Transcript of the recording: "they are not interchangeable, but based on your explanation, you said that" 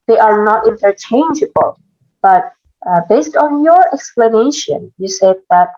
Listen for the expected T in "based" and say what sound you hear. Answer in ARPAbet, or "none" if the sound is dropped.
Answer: T